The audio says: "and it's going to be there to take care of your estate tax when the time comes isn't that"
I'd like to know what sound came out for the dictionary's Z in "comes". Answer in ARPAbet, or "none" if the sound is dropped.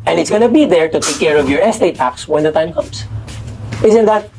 S